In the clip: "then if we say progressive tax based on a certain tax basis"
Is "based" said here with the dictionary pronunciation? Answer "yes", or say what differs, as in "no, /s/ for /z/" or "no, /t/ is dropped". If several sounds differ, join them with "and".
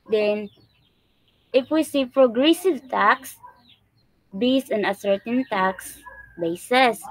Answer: no, /t/ is dropped